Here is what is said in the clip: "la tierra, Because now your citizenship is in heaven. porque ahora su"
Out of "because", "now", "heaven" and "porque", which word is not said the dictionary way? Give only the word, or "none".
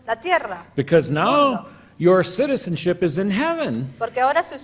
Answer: none